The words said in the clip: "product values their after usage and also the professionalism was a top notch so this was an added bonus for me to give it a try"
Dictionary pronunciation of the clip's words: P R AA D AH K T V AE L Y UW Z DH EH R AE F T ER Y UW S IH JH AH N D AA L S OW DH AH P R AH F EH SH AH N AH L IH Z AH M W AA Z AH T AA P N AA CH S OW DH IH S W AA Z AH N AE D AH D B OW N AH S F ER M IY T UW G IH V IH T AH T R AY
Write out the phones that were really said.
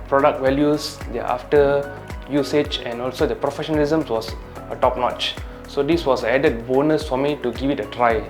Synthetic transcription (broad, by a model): P R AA D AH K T W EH L Y UW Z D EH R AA F T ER Y UW S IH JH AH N AA L S OW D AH P R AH F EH SH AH N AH L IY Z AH M W AA S AH T AA P N AA CH S OW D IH S W AA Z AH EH D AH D B OW N AH S F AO M IY T UW G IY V IH T AH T R AY